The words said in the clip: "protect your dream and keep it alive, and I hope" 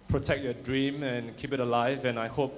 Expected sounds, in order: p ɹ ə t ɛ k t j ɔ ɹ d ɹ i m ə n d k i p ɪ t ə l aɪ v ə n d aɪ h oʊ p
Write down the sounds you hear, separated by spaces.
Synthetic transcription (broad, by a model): p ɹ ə t ɛ k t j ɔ d ɹ i m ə n k i p ɪ t ə l aɪ v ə n aɪ h oʊ p